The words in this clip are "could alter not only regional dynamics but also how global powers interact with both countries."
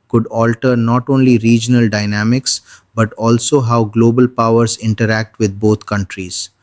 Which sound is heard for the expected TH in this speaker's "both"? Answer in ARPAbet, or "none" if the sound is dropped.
T